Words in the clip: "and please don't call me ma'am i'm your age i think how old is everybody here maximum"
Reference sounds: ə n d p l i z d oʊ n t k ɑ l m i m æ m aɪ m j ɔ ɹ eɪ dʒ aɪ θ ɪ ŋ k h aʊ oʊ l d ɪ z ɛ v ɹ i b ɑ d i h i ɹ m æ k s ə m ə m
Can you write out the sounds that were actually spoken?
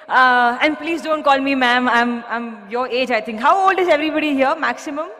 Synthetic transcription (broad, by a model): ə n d p l i z d oʊ n t k ɑ l m i m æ m aɪ m j ɔ ɹ eɪ dʒ aɪ t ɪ ŋ k h aʊ oʊ l d ɪ z ɛ v ɹ i b ɑ d i h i ɹ m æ k s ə m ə m